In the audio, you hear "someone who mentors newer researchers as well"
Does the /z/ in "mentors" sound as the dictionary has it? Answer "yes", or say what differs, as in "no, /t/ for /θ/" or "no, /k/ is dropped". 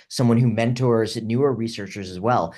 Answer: yes